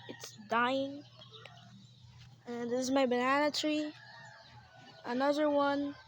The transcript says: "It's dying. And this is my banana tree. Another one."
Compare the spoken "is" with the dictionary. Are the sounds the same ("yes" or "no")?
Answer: yes